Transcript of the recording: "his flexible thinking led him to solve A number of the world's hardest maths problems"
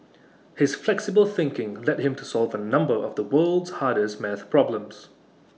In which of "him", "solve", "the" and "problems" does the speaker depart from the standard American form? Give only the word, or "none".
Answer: none